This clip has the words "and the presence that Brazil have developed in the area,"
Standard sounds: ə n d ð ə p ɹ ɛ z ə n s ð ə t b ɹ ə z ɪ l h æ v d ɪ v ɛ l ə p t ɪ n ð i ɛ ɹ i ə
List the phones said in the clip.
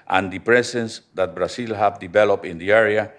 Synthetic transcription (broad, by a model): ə n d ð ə p ɹ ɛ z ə n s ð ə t b ɹ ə s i l h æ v d ɪ v ɛ l ə p t ɪ n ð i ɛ ɹ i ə